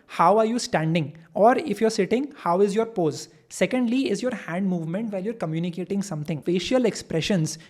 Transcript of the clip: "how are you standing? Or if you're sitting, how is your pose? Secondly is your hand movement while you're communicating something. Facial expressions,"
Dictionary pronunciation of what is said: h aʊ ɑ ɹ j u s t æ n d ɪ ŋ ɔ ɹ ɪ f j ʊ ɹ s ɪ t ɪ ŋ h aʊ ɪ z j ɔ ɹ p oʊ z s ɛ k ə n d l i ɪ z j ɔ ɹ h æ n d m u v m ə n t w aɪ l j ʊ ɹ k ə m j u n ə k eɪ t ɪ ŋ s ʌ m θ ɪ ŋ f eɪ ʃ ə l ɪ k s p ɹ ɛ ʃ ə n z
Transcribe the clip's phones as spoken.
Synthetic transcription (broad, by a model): h aʊ ɑ ɹ j u s t æ n d ɪ ŋ ɔ ɹ ɪ f j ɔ ɹ s ɪ t ɪ ŋ h aʊ ɪ z j ɔ ɹ p oʊ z s ɛ k ə n d l i ɪ z j ɔ ɹ h æ n d m u v m ə n t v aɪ l j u ɹ k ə m j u n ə k eɪ t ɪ ŋ s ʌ m t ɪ ŋ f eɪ ʃ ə l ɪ k s p ɹ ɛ ʃ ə n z